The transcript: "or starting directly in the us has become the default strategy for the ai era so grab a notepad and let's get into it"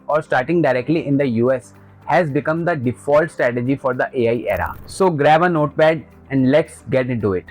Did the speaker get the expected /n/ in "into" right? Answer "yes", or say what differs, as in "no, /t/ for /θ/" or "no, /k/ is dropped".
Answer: no, /n/ is dropped